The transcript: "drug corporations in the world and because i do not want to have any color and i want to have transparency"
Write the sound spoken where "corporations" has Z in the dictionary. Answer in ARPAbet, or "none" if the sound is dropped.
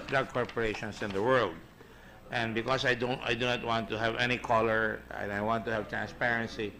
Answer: S